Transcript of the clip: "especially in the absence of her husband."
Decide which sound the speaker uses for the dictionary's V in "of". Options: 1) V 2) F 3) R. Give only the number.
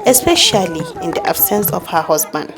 2